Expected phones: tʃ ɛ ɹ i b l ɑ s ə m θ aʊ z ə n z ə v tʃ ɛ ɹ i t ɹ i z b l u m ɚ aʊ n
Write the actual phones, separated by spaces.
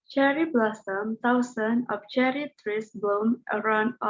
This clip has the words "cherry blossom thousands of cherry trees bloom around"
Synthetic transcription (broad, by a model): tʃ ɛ ɹ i b l ɑ s ə m t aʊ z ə n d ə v tʃ ɛ ɹ i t ɹ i s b u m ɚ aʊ n